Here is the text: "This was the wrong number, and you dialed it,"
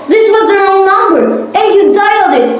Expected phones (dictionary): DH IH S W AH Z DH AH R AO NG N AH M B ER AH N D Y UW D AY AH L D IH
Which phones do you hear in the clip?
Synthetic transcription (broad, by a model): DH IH S W AH Z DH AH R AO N N AH M B ER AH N Y UW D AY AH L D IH